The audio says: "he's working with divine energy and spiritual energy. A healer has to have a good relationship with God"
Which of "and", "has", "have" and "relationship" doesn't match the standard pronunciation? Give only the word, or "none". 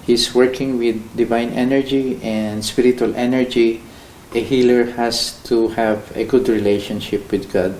has